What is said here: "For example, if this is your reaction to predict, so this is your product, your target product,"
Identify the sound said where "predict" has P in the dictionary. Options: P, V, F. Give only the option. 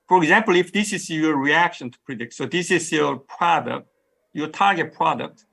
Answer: P